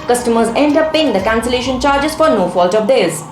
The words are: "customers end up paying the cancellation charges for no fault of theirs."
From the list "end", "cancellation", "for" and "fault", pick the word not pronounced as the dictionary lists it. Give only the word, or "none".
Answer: none